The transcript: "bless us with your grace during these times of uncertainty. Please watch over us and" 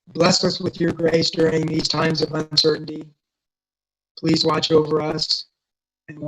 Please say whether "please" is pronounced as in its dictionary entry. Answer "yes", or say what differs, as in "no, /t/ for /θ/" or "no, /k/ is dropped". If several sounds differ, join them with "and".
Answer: yes